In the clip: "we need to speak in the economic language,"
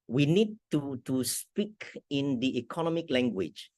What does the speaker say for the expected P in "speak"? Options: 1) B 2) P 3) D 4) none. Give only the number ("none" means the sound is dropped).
2